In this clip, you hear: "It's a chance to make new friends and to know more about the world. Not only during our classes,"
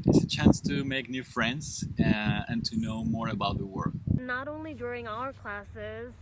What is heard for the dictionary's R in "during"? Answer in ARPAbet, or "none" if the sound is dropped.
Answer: R